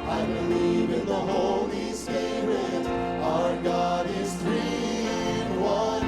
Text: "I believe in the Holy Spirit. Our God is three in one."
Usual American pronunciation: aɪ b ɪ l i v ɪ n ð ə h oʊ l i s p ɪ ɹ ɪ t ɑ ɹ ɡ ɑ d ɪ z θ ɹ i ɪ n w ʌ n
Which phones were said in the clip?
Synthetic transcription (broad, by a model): aɪ b ɪ l i v ɪ n ð ə h oʊ l i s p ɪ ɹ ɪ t ɑ ɹ ɡ ɑ d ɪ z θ ɹ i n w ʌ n